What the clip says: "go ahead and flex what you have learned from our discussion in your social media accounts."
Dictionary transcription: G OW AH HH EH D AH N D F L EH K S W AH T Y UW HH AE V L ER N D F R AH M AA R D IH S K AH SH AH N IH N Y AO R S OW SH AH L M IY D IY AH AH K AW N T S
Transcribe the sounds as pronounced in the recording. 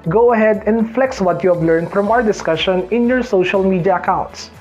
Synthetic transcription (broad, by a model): G OW AH HH EH D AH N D F L EH K S W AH T Y UW HH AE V L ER N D F R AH M AA R D IH S K AH SH AH N IH N Y AO R S OW SH AH L M IY D IY AH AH K AW N T S